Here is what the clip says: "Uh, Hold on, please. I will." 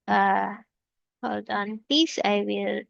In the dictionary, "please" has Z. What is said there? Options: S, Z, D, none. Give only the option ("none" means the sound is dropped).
S